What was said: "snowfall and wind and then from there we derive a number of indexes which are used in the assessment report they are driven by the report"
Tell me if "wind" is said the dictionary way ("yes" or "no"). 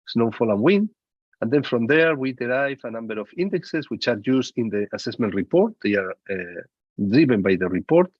no